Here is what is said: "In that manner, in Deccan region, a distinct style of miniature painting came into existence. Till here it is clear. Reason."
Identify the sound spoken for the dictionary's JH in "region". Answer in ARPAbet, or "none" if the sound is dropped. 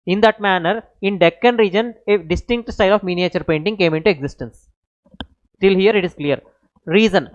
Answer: JH